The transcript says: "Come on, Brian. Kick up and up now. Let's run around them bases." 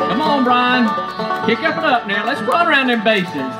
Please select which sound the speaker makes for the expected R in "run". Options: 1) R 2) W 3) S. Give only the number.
2